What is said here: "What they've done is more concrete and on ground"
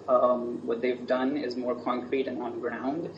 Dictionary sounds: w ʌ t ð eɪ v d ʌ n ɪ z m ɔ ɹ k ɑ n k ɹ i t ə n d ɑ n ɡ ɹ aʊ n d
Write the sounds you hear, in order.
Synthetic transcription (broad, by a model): w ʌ t ð eɪ v d ʌ n ɪ z m ɔ ɹ k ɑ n k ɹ i t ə n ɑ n ɡ ɹ aʊ n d